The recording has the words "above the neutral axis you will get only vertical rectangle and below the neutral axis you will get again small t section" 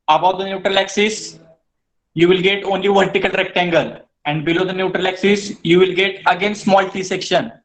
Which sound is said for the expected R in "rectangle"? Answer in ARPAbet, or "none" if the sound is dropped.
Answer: R